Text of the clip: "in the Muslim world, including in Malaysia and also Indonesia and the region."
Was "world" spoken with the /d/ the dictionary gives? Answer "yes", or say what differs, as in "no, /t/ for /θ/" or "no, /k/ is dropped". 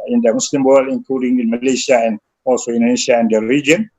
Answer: no, /d/ is dropped